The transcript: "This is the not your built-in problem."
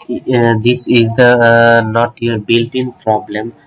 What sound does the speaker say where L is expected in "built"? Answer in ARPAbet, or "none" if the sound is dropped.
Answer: L